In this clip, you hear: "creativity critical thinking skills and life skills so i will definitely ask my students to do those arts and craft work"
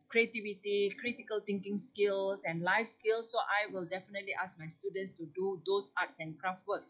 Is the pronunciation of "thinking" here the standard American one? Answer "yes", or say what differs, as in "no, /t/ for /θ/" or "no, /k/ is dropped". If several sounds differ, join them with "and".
no, /t/ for /θ/